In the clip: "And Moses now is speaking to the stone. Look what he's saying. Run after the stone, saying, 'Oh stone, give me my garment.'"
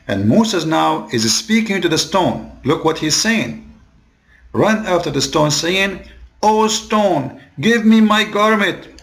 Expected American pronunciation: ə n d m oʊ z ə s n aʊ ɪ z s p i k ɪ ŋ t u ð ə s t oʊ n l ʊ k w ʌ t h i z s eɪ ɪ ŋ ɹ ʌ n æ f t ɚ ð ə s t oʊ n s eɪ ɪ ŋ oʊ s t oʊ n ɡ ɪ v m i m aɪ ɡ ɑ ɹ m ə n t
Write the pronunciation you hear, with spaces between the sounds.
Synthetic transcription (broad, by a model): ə n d m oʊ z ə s n aʊ ɪ z s p i k ɪ ŋ t u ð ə s t oʊ n l ʊ k w ʌ t h i z s eɪ ɪ ŋ ɹ ʌ n æ f t ɚ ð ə s t oʊ n s eɪ ɪ ŋ oʊ s t oʊ n ɡ ɪ v m i m aɪ ɡ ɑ ɹ m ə n t